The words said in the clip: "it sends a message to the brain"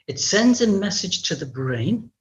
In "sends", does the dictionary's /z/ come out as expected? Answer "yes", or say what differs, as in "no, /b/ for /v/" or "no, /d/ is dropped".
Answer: yes